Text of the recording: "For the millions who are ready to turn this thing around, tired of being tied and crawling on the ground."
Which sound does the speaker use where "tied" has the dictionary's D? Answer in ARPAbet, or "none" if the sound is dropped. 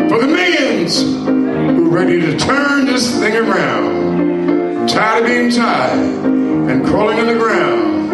none